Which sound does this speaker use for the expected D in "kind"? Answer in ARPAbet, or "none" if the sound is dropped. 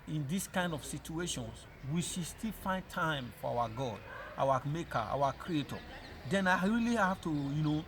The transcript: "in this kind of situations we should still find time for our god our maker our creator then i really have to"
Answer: D